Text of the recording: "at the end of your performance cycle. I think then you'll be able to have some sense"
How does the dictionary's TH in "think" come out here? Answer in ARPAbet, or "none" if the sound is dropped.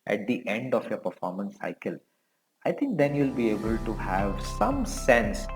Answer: T